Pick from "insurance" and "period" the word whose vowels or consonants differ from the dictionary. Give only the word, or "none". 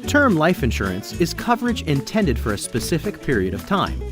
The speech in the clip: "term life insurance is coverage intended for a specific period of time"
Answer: none